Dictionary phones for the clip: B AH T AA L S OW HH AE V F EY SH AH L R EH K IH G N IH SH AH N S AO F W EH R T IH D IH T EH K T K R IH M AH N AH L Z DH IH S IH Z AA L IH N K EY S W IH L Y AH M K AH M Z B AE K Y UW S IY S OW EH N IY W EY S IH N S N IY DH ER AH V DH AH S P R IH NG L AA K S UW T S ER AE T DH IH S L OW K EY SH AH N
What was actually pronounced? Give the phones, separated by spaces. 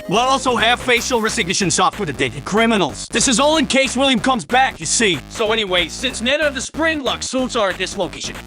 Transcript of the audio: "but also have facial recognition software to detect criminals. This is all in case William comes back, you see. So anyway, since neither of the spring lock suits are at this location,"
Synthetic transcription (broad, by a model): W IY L AA L S OW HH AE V F EY SH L R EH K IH G N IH SH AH N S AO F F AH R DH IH D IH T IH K K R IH M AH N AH L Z DH IH S IH Z AA L IH N K EY S W IH L Y AH M K AH M Z B AE K Y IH S IY S OW EH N IY W EY S IH N S N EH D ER AH V DH AH S P R IH NG L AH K S UW T S ER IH T DH IH S L OW K EY SH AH N